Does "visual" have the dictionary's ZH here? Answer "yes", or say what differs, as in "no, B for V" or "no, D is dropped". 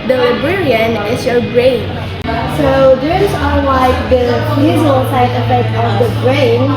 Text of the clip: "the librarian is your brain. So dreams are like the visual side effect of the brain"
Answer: no, Z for ZH